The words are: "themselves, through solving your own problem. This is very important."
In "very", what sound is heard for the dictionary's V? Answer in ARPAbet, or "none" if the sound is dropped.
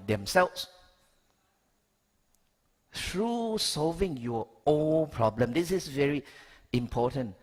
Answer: V